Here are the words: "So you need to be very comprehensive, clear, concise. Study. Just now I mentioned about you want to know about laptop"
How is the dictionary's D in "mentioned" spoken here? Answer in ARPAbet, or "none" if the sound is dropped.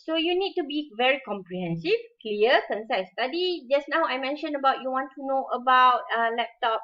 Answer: none